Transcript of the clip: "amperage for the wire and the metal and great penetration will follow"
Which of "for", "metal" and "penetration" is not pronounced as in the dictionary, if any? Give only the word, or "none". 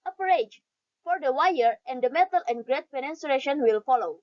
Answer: penetration